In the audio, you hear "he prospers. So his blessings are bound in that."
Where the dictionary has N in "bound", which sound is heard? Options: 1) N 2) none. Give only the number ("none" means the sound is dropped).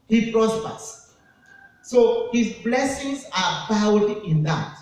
2